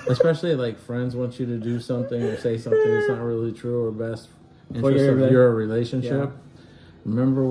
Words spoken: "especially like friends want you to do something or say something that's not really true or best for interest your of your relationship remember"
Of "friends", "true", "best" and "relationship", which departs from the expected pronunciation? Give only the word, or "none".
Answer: none